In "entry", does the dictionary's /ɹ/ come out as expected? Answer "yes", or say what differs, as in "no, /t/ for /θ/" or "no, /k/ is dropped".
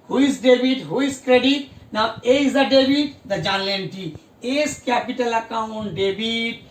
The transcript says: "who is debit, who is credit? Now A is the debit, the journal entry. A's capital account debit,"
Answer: no, /ɹ/ is dropped